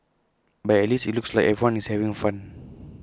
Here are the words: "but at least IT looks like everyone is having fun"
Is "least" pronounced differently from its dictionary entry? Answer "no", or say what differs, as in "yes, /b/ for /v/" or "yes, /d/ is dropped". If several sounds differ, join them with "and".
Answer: yes, /t/ is dropped